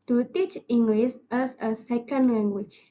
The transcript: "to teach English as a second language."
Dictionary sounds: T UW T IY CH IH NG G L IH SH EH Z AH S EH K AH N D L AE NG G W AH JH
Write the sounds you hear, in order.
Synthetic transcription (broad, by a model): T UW T IY CH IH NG G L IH S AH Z AH S EH K AH N D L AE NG G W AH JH